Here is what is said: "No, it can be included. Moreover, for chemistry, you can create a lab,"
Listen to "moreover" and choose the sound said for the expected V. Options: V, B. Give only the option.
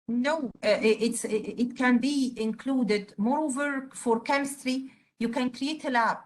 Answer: V